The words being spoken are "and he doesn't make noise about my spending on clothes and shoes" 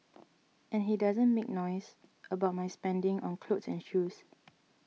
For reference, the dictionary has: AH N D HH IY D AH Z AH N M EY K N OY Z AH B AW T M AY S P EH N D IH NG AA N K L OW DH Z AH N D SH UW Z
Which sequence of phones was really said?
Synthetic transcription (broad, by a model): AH N HH IY D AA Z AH N M EY K N OY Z AH B AW T M AY S P EH N D IH NG AA N K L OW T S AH N SH UW S